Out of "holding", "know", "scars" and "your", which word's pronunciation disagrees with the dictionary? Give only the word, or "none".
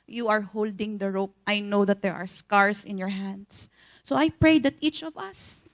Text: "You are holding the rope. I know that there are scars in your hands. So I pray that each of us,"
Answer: scars